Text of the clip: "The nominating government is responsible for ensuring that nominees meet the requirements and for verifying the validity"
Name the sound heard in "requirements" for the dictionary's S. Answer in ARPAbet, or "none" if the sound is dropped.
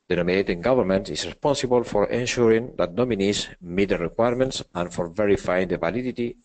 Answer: S